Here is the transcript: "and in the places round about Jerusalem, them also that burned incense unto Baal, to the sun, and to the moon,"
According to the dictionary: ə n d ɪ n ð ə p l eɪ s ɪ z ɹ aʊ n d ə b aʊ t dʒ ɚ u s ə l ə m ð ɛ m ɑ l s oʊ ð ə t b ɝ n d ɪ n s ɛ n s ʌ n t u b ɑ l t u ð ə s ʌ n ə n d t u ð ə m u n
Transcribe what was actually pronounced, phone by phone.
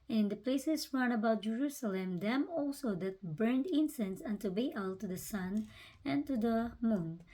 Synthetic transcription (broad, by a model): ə n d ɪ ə p l eɪ s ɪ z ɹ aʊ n ə b aʊ t dʒ ɚ u s ə l ə m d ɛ m ɑ l s oʊ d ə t b ɝ n d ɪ n s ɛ n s ʌ n t u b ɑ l t u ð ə s ʌ n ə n t u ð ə m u n